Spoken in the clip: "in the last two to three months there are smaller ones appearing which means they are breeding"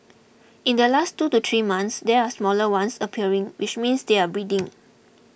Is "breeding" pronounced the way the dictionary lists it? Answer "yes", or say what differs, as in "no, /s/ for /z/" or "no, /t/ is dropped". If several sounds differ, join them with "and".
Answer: yes